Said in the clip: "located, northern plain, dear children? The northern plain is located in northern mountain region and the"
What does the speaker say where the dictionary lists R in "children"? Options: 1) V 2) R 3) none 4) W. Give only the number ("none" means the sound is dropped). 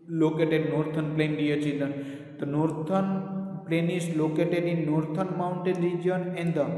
3